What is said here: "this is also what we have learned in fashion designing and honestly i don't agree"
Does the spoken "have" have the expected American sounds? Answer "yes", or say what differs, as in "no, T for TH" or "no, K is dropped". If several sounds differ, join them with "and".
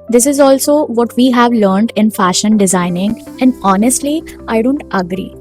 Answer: yes